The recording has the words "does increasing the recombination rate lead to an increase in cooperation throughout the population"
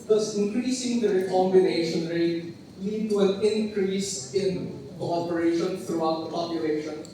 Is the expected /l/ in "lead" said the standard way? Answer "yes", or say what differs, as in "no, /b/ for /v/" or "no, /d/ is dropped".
yes